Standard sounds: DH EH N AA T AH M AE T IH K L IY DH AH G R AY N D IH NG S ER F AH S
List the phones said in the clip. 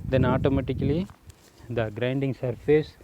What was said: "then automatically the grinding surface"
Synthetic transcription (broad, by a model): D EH N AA T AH M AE T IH K L IY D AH G R AY N D IH NG S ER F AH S